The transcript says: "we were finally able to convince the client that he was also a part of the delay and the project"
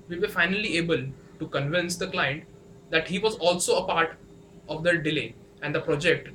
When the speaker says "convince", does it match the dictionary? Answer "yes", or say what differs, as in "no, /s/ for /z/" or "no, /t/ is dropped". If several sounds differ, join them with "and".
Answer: yes